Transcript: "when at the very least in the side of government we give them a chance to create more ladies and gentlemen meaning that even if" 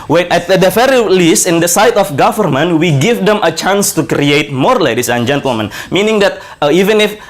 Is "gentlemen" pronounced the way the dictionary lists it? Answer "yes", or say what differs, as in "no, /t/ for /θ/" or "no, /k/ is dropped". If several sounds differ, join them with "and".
yes